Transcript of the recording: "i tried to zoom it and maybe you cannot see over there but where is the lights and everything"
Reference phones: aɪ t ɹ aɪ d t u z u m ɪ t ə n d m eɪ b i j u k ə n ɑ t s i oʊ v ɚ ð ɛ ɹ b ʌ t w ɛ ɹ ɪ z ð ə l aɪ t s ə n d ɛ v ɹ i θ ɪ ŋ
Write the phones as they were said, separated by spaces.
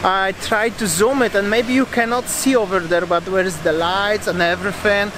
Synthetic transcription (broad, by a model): aɪ t ɹ aɪ d t u z u m ɪ t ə n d m eɪ b i j u k ə n ɑ t s i oʊ v ɚ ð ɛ ɹ b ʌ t w ɛ ɹ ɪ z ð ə l aɪ t s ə n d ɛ v ɹ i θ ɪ ŋ